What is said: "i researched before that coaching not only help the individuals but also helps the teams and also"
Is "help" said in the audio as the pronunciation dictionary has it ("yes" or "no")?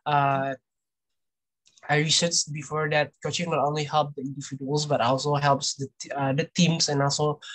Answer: yes